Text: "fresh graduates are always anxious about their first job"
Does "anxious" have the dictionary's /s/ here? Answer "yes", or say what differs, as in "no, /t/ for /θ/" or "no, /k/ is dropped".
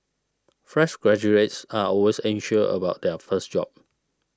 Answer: no, /s/ is dropped